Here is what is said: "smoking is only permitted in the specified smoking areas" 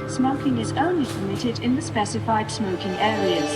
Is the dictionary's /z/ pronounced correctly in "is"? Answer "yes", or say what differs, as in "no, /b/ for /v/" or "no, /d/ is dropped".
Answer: yes